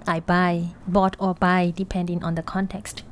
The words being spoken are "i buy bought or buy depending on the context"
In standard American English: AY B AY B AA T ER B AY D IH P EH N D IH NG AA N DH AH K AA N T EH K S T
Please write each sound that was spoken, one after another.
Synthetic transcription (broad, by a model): AY B AY B AA T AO B AY D IH P EH N D IH NG AA N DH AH K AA N T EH K S T